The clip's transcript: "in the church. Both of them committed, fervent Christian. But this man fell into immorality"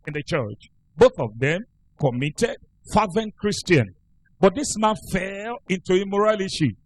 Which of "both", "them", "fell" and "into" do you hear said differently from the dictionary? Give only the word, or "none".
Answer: none